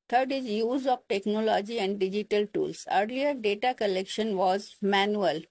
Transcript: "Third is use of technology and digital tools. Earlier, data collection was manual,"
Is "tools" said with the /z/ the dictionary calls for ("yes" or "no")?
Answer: no